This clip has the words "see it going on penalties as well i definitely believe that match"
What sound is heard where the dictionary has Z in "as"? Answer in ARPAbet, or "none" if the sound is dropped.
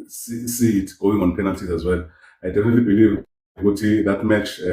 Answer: Z